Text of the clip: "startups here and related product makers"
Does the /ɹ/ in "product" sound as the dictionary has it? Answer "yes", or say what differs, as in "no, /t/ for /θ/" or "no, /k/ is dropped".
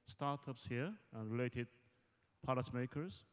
no, /ɹ/ is dropped